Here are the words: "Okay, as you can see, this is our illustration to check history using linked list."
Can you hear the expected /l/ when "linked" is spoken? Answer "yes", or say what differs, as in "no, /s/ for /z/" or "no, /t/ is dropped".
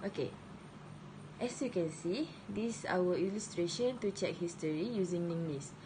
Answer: no, /n/ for /l/